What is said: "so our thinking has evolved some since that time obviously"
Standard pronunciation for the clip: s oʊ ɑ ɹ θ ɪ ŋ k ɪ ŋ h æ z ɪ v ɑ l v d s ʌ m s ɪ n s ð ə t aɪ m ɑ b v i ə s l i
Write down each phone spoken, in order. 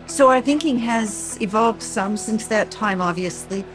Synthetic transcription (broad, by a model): s oʊ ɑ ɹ θ ɪ ŋ k ɪ ŋ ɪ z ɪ v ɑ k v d s ʌ m s ɪ n s ð ə t aɪ m ɑ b v i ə s l i